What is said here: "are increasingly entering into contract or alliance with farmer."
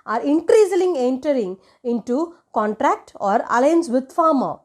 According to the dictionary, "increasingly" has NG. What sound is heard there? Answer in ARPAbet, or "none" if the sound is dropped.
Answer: none